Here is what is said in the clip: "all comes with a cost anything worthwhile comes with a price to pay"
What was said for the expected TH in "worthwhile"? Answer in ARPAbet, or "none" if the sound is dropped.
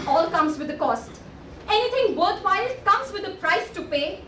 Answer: T